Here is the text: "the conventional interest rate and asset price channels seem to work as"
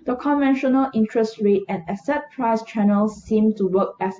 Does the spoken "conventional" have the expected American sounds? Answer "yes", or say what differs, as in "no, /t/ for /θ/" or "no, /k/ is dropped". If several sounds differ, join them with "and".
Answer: yes